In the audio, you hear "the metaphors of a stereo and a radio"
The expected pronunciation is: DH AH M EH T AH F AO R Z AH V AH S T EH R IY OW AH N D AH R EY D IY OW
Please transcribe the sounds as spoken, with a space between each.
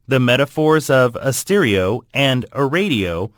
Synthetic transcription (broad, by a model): DH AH M EH T AH F AO R Z AH V AH S T EH R IY OW AH N D AH R EY D IY OW